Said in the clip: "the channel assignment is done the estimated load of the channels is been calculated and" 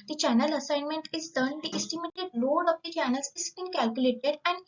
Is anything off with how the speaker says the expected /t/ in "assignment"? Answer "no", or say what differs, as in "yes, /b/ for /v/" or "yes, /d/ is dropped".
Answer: no